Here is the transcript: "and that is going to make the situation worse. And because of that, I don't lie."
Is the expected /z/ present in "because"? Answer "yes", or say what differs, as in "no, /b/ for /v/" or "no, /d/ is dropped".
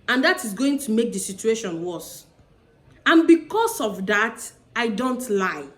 no, /s/ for /z/